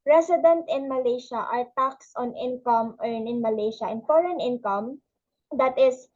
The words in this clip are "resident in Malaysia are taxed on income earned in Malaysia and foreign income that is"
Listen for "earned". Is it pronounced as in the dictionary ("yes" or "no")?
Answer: no